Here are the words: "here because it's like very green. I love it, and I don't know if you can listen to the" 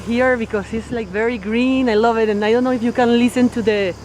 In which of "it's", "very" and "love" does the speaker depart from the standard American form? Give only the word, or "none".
none